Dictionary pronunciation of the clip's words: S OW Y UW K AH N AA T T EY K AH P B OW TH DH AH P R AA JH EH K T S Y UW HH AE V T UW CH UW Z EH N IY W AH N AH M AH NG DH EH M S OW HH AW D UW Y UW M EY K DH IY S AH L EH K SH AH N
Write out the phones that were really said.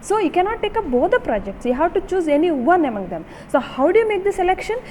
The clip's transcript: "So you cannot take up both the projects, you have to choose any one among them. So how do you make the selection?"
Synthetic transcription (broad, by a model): S OW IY K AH N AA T T EY K AH P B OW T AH P R AA JH EH K T S Y UW HH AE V T UW CH UW Z EH N IY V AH N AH M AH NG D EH M S OW HH AW D UW Y UW M EY K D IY S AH L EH K SH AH N